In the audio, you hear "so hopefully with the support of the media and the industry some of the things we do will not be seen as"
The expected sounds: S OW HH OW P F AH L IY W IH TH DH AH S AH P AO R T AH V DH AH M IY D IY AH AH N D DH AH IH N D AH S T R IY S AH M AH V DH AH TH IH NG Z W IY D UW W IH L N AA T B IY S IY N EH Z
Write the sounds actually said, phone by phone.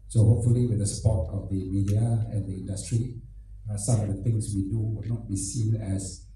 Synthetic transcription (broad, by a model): S OW HH OW P F AH L IY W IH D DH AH S P AO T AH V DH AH M IY D IY AH AH N D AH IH N D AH S T R IY S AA M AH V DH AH T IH NG S W IY D UW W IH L N AA T B IY S IY N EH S